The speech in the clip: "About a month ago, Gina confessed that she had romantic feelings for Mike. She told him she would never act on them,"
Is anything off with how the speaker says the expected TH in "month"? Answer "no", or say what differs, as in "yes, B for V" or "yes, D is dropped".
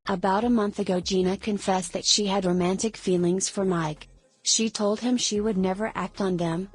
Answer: no